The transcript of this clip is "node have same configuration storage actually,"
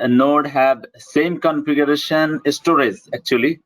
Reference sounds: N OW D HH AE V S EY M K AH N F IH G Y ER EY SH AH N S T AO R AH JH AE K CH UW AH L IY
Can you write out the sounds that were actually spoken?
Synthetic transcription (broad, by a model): N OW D HH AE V S EY M K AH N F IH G Y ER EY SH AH N S T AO R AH Z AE K CH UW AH L IY